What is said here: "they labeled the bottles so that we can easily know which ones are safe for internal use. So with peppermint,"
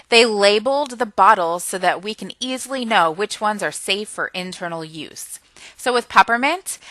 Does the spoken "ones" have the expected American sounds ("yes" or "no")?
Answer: yes